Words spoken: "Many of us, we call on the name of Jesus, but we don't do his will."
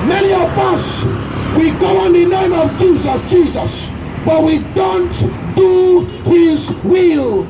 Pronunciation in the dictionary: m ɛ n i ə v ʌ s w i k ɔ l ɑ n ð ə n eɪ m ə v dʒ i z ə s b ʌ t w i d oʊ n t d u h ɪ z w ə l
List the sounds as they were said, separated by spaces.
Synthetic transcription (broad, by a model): m ɛ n i ə v ʌ s w i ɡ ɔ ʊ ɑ n ð ə n eɪ m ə v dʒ i z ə s b ʌ t w i d oʊ n t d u h ɪ z w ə l